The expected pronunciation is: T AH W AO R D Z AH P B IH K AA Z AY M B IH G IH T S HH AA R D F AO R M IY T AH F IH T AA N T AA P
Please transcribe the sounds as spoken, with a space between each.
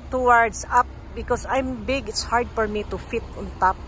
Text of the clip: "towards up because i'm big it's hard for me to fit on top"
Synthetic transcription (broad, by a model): T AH W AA R D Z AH P B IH K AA S AY M B IH G IH T S HH AA R D F AO R M IY T AH F IH T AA N T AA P